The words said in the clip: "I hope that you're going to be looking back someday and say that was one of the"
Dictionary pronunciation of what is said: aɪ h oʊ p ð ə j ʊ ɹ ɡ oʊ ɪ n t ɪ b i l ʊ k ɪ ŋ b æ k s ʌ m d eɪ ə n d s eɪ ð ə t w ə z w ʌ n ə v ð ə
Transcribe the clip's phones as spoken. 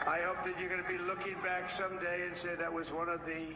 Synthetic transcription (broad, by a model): aɪ h oʊ p ð ə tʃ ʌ ɹ ɡ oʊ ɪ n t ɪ b i l ʊ k ɪ ŋ b æ k s ʌ m d eɪ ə n s eɪ ð ə t w ə z w ʌ n ə v ð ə